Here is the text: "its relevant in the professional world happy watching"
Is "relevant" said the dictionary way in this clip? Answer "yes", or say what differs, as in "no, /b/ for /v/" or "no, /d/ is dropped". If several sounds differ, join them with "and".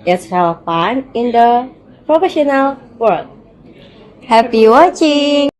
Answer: no, /t/ is dropped